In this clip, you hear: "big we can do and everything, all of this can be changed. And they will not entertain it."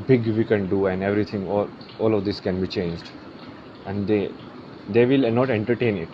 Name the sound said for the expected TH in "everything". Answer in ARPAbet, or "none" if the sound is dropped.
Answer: T